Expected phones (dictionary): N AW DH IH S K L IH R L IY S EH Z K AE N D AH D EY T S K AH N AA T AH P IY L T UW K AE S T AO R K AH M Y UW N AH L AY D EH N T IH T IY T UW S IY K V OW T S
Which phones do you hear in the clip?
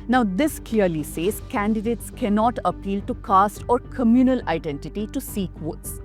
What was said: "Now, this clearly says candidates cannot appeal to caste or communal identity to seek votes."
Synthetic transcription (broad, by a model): N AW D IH S K L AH R L IY S EH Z K AE N D AH D EY T S K AH N AA T AH P IY L T UW K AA S T AO R K AH M Y UW N AH L AY D EH N T IH T IY T UW S IY K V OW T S